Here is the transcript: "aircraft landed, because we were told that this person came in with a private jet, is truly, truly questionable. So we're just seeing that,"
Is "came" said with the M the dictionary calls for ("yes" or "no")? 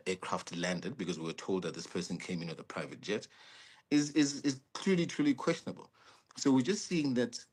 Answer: yes